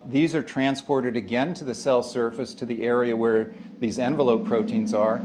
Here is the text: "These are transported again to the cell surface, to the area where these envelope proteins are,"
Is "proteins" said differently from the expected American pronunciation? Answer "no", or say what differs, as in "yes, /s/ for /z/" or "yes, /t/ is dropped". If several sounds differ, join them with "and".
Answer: no